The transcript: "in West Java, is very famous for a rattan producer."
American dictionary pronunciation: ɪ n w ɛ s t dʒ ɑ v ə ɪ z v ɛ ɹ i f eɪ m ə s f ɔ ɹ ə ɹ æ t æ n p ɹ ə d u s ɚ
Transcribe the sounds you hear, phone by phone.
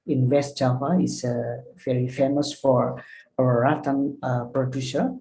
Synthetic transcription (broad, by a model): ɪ n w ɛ s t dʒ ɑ p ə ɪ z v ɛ ɹ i f eɪ m ə s f ɔ ɹ ə w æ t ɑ n p ɹ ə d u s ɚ